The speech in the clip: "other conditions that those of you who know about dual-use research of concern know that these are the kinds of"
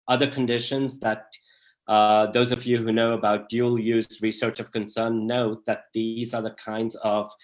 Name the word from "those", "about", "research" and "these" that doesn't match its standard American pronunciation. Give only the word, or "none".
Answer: none